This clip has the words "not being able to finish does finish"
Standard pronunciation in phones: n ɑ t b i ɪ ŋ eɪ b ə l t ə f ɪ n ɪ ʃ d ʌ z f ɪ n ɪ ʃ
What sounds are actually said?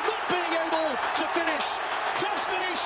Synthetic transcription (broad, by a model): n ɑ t b i ɪ ŋ eɪ b ə l t ə f ɪ n ɪ ʃ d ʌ s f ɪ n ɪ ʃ